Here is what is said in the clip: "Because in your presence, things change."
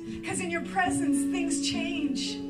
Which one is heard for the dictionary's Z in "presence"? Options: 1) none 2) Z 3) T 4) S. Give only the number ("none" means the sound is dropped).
2